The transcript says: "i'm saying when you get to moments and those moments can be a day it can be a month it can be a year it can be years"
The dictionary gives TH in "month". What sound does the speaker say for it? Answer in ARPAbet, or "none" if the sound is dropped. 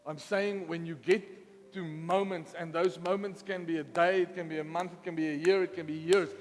TH